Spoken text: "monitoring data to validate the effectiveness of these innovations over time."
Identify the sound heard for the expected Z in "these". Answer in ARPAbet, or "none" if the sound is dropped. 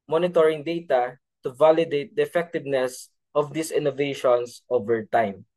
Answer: S